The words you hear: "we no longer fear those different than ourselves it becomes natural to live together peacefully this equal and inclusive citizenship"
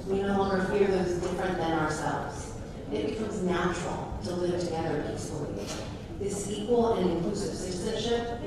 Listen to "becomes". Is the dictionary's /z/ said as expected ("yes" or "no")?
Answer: yes